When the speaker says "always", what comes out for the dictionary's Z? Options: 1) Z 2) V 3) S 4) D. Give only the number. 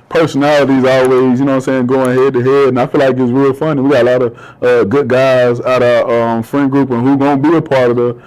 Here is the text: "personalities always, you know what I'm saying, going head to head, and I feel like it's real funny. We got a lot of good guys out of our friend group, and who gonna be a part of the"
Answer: 1